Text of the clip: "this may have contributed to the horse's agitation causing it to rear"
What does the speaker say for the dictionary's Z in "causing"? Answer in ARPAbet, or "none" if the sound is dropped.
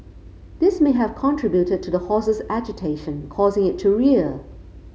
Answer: Z